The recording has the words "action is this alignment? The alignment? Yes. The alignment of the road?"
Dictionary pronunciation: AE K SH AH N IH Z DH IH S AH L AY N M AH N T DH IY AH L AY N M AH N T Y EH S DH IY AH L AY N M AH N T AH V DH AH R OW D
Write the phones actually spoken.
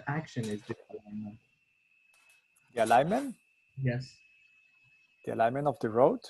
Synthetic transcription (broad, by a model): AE K SH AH N IH Z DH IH AH L AY N M AH N T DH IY AH L AY N M AH N T Y EH S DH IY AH L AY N M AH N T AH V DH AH R OW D